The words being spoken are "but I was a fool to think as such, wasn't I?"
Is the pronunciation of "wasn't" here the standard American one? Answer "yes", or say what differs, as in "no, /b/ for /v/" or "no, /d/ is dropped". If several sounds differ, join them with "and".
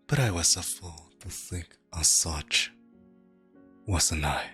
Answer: no, /t/ is dropped